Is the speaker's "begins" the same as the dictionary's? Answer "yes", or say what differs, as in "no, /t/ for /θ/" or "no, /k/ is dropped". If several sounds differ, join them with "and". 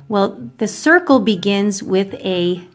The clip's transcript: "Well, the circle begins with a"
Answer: yes